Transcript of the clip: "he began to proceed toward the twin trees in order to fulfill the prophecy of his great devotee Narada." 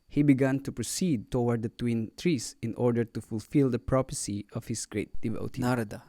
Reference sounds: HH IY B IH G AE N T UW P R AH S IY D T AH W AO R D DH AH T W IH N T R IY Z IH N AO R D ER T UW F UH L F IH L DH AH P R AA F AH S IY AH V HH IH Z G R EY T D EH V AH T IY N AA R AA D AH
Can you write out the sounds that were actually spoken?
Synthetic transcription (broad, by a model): HH IY B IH G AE N T UW P R AH S IY D T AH W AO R D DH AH T W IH N T R IY S IH N AO R D ER T UW F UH L F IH L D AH P R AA P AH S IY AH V HH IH S G R EY T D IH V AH T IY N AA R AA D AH